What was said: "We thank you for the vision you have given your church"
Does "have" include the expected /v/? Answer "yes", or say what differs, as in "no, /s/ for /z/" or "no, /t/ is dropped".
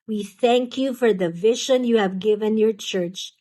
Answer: yes